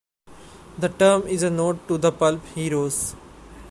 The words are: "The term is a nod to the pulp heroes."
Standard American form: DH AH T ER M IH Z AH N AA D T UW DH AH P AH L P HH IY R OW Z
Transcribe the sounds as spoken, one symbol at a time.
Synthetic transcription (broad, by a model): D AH T ER M IH Z AH N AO T UW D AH P AH L P HH IY R OW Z